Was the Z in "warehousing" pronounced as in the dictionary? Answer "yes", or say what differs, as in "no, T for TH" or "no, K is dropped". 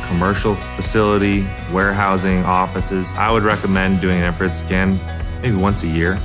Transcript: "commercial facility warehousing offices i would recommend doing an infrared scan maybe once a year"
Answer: yes